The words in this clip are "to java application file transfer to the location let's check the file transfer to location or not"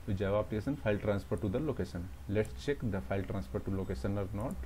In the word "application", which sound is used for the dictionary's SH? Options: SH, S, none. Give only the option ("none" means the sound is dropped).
S